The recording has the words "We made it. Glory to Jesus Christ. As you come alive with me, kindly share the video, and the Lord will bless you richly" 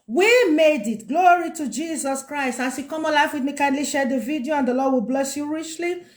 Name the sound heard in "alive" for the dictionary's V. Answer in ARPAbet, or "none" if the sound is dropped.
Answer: F